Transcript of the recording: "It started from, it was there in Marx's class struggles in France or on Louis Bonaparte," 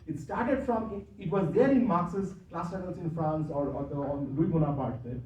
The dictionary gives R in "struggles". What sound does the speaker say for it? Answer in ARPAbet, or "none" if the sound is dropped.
none